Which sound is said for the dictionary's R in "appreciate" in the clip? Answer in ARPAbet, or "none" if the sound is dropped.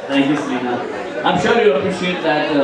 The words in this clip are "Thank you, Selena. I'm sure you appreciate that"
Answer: none